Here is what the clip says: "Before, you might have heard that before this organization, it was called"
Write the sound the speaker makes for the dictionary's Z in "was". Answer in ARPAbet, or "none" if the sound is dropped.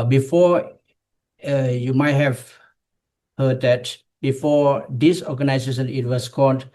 S